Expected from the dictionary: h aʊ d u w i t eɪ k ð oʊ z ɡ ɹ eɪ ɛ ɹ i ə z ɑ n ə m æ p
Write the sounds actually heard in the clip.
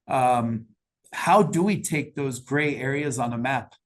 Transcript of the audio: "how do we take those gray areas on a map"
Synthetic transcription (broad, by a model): h aʊ d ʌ w i t eɪ k ð oʊ z ɡ ɹ eɪ ɛ ɹ i ə z n ə m æ p